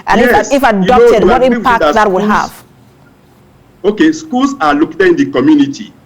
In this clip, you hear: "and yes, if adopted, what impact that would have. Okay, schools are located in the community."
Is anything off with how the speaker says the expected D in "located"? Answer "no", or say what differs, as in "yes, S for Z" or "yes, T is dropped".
yes, D is dropped